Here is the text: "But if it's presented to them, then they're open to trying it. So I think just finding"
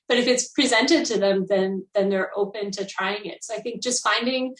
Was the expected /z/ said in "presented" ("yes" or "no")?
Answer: yes